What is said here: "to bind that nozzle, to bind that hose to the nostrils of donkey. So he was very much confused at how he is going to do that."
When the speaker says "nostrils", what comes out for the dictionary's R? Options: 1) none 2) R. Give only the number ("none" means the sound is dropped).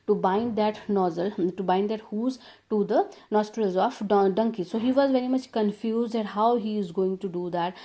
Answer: 2